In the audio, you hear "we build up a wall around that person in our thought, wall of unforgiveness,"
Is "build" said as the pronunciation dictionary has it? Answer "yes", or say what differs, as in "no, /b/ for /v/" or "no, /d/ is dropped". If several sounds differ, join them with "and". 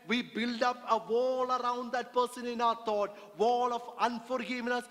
yes